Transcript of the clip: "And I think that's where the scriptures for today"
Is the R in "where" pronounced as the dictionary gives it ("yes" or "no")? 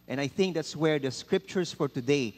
yes